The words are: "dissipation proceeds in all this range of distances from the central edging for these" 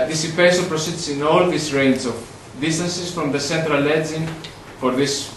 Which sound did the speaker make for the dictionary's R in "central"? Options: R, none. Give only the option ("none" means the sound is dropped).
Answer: R